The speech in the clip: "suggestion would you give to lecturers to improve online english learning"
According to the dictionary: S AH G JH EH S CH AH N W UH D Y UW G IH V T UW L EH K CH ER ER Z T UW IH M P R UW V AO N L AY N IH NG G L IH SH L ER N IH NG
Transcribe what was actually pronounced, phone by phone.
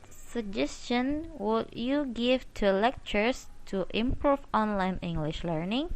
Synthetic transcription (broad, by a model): S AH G JH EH S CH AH N W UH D Y UW G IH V T UW L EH K CH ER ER S T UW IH M P R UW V AO N L AY N IH NG G L IH SH L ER N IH NG